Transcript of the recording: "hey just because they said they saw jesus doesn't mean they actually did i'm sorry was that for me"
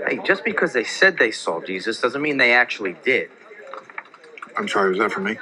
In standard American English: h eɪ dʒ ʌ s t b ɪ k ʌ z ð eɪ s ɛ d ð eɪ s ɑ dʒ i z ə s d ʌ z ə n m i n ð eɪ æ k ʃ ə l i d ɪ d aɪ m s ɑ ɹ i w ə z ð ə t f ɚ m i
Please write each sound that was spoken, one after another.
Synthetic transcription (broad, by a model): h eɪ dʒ ʌ s b ɪ k ʌ z ð eɪ s ɛ d ð eɪ s ɑ dʒ i z ə s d ʌ z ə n m i n ð eɪ æ k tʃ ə l i d ɪ d aɪ m s ɑ ɹ i w ə z ð ə t f ɚ m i